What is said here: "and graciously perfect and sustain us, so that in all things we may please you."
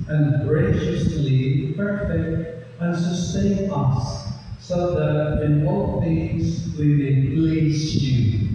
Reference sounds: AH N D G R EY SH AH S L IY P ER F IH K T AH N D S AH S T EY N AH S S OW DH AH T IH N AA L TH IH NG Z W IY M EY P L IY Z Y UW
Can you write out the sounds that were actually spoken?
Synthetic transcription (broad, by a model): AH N G R EY SH AH S L IY P ER F IH K T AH N S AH S T EY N AH S S OW DH AH T IH N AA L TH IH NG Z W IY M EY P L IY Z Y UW